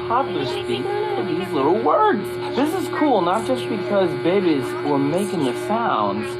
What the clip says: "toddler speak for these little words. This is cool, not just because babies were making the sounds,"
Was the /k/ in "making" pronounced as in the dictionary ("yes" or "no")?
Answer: yes